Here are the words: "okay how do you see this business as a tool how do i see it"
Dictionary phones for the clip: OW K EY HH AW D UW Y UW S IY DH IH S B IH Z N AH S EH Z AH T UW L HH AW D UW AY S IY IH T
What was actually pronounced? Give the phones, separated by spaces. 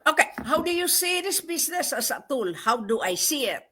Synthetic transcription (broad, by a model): OW K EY HH AW D UW Y UW S IY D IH S B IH S N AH S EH S AH T UW L HH AW D UW AY S IY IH T